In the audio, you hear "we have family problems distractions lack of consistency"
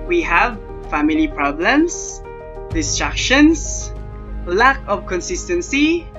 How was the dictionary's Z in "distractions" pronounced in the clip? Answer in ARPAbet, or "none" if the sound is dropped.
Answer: S